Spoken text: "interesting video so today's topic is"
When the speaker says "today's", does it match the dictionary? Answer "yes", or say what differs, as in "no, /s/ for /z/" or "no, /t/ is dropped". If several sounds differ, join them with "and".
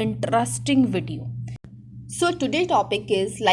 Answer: no, /z/ is dropped